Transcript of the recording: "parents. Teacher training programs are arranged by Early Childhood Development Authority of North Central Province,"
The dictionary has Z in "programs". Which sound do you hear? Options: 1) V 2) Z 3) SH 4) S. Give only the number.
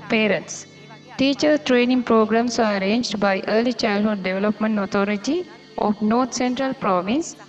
4